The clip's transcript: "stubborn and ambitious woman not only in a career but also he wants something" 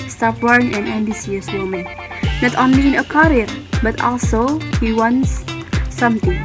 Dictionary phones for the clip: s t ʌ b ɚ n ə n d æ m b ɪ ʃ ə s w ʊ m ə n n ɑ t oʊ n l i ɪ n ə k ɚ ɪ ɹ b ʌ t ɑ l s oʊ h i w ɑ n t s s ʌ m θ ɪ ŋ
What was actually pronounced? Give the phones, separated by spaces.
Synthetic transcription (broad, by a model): s t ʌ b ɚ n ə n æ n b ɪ s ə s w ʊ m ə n n ɑ t oʊ n l i ɪ n ə k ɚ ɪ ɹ b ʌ t ɑ l s oʊ h i w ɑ n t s s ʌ m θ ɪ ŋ